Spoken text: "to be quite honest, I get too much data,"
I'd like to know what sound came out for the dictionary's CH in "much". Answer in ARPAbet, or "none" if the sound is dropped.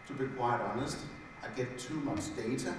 S